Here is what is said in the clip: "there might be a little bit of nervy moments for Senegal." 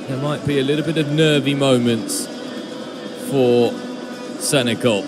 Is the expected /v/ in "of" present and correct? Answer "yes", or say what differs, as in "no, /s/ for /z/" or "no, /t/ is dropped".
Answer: yes